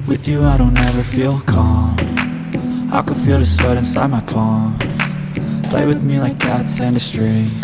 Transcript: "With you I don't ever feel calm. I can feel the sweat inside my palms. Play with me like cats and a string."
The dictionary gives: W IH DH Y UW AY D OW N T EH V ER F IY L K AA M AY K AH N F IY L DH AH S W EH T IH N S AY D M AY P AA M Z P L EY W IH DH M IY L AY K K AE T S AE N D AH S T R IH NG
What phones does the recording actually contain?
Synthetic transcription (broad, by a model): W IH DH Y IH AY D OW N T EH V ER F IY L K AA M AY K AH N F IY L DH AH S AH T IH N S AY D M AY P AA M P L EY W IH DH M IY L AY K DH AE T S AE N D AH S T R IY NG